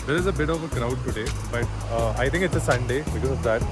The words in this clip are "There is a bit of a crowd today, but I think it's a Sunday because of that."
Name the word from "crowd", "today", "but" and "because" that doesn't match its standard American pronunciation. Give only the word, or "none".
because